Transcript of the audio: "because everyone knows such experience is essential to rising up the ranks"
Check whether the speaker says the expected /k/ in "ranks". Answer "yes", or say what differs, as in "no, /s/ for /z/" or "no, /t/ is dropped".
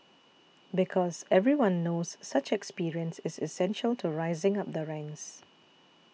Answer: no, /k/ is dropped